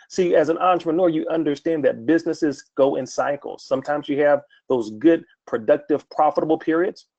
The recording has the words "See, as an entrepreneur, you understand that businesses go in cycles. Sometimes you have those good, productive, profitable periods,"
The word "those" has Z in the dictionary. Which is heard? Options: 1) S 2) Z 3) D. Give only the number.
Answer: 2